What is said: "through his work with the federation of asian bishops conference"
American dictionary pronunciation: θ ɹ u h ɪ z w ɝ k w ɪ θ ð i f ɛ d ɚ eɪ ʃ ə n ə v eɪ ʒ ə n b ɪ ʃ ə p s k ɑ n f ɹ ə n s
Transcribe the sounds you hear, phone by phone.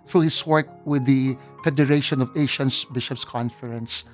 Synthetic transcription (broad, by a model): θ ɹ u h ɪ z w ɝ k w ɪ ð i f ɛ d ɚ eɪ ʃ ə n ə v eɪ ʃ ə n b ɪ ʃ ə p s k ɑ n f ɹ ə n s